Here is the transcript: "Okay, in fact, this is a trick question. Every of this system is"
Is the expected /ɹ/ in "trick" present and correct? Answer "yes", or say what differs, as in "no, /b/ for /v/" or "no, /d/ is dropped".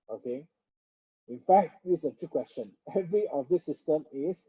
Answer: no, /ɹ/ is dropped